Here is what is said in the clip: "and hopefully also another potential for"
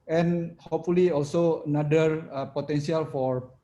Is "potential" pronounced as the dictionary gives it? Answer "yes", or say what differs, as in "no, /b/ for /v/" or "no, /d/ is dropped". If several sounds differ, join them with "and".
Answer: no, /s/ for /ʃ/